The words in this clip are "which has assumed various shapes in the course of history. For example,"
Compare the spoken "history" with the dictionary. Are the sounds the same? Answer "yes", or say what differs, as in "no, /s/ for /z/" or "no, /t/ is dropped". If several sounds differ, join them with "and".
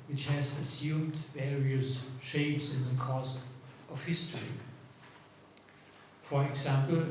yes